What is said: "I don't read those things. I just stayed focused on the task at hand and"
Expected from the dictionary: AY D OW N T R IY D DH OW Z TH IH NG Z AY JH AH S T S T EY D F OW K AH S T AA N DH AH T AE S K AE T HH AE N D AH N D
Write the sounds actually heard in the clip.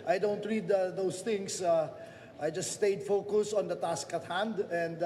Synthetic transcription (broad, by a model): AY D OW N T R IY D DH OW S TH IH NG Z AY JH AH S S T EY D F OW K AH S AA N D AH T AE S K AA T HH AE N D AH N D